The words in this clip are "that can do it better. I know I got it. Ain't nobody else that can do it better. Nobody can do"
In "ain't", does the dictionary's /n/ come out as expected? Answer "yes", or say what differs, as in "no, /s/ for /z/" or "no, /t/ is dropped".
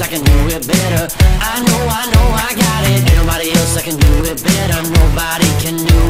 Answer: no, /n/ is dropped